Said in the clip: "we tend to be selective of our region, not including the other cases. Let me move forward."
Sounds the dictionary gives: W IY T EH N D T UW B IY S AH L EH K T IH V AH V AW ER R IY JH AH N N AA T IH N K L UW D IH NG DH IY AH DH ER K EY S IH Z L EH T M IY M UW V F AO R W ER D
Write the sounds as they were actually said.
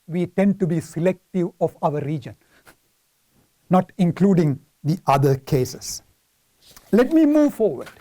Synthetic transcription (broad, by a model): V IY T EH N D T UW B IY S AH L EH K T IH V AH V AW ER R IY JH AH N N AA T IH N K L UW D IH NG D IY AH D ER K EY S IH S L EH T M IY M UW V F AO R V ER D